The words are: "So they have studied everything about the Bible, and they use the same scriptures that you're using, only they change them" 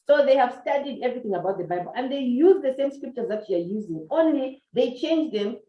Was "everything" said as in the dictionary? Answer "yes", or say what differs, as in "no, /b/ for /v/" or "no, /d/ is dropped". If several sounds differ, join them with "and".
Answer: yes